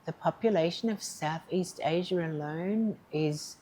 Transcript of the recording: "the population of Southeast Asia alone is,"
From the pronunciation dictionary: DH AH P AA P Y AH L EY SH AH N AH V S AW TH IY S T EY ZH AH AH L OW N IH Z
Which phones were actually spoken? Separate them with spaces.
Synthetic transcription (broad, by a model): DH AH P AA P Y AH L EY SH AH N AH V S AW TH IY S T EY ZH AH AH L OW N IH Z